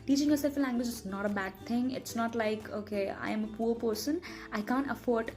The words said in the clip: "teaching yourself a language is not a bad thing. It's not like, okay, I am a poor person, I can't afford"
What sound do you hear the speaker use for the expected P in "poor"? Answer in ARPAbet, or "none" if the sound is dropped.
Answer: P